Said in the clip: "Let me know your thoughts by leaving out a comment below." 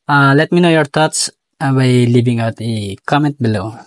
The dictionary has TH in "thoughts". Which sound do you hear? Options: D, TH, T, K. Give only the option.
T